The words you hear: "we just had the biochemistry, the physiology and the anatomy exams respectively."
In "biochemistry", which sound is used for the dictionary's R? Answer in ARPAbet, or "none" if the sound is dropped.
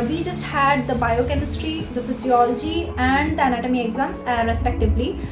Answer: R